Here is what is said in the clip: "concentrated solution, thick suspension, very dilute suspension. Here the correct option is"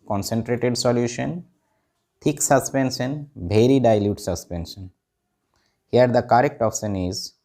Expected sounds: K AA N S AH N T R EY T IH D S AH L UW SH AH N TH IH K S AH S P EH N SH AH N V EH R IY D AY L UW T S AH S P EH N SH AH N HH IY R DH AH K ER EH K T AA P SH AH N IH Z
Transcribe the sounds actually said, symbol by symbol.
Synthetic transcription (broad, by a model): K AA N S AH N T R EY T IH D S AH L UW SH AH N T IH K S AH S P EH N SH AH N B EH R IY D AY L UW T S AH S P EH N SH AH N HH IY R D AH K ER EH K T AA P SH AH N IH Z